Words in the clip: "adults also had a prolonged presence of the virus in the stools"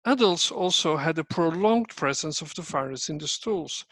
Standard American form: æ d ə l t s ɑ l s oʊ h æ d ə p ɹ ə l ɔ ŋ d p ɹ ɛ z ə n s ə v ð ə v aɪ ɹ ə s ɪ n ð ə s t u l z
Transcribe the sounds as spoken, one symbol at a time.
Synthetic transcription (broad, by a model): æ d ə l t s ɑ l s oʊ h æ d ə p ɹ ə l ɔ ŋ d p ɹ ɛ z ə n s ə v ð ə f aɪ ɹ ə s ɪ n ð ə s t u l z